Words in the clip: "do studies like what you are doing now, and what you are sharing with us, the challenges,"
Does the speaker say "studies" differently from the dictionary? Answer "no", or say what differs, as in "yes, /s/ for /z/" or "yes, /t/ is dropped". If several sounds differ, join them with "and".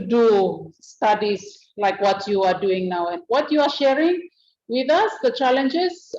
yes, /s/ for /z/